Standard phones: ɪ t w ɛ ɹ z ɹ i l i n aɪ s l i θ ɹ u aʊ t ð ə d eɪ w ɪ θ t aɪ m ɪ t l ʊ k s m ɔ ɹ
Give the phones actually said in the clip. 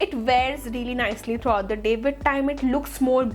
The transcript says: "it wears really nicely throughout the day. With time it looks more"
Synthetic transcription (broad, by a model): ɪ t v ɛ ɹ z ɹ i l i n aɪ s l i t ɹ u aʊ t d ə d eɪ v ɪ t aɪ m ɪ t l ʊ k s m ɔ ɹ